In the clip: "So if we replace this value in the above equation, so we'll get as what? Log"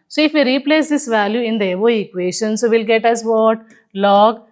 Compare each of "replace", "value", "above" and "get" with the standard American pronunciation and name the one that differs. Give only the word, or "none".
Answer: above